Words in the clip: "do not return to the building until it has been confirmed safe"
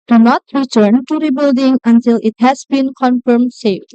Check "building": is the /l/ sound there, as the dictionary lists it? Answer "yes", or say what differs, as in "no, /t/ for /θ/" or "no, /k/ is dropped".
yes